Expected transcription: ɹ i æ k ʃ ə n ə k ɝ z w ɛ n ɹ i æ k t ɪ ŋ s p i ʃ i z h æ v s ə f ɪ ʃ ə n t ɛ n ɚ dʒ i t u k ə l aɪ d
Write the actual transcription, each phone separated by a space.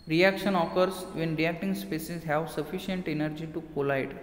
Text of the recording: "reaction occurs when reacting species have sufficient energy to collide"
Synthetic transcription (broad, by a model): ɹ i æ k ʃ ə n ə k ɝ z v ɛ n ɹ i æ k t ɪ ŋ s p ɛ s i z h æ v s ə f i ʃ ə n t ɛ n ɚ dʒ i t u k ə l aɪ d